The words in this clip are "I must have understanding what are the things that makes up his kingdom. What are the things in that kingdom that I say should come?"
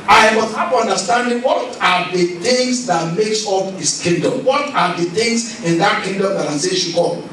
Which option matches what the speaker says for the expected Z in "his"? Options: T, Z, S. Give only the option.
S